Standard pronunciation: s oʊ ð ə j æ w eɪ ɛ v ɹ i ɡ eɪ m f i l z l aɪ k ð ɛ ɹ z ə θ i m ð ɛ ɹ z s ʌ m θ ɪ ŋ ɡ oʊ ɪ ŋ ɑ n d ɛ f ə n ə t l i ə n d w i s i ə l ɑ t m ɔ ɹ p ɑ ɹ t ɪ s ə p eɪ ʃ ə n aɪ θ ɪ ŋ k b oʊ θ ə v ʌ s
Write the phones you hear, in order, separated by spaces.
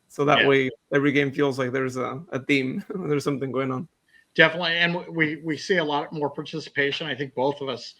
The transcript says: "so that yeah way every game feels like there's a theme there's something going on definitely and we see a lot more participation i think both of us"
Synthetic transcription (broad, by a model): s oʊ ð ə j w eɪ ɛ v ɹ i ɡ eɪ m f i l z l aɪ k ð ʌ ɹ z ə θ i m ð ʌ ɹ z s ʌ m θ ɪ ŋ ɡ oʊ ɪ ŋ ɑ n d ɛ f ə n ə t l i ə n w w i s i ə l ɑ t m ɔ ɹ p ɑ ɹ t ɪ s ə p eɪ ʃ ə n aɪ θ ɪ ŋ k b oʊ θ ə v ʌ s